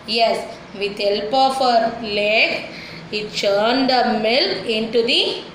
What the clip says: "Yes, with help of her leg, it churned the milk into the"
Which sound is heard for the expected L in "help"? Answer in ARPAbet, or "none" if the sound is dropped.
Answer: L